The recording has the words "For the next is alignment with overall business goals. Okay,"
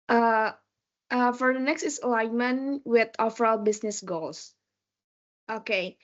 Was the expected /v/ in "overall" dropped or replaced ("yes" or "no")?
yes